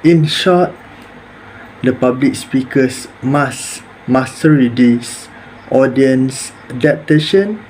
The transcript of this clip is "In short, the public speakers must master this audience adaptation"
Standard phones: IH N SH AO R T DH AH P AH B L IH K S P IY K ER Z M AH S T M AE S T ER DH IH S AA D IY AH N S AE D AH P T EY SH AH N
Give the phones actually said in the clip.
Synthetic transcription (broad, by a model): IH N SH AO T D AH P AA B L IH K S P IY K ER S M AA S M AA S T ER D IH S AA D IY AH N S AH D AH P T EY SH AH N